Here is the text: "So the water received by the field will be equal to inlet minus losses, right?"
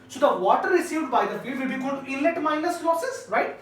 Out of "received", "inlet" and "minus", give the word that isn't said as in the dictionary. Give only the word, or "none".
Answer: inlet